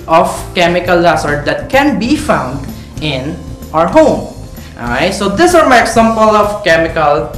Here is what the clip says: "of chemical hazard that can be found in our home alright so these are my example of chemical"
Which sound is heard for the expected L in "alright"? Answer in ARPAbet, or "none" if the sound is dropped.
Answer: none